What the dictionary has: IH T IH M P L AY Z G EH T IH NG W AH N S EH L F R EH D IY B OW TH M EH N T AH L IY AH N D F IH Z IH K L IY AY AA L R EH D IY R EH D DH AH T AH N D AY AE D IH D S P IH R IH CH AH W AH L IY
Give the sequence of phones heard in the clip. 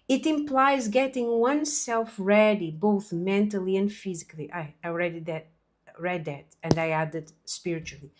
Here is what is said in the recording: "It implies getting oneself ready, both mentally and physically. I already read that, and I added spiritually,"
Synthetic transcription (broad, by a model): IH T IH M P L AY Z G EH T IH NG W AH N S EH L F R EH D IY B OW TH M EH N T AH L IY AH N D F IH Z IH K L IY AY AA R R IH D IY R EH D DH AH T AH N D AY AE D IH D S P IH R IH CH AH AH L IY